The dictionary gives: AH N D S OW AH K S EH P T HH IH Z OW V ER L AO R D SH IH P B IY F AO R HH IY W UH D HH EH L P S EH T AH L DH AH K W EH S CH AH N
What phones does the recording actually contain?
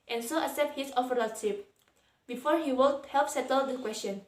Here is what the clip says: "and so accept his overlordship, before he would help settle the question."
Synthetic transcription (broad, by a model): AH N S OW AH S EH P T HH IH S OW F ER AO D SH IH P B IY F AO R HH IY W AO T HH EH L P S EH T AH L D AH K W EH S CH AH N